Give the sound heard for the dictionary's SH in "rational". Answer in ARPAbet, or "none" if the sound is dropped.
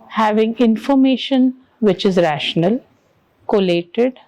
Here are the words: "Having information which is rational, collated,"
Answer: SH